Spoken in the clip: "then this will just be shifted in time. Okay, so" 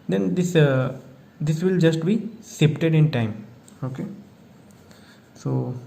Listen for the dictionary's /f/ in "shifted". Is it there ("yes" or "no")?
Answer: no